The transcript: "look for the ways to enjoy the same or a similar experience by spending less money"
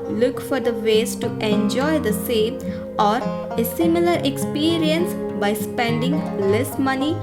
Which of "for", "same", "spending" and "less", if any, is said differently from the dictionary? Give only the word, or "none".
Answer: none